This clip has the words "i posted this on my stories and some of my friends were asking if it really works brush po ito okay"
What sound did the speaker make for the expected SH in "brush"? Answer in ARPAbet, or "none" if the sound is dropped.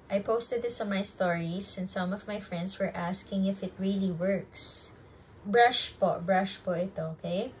SH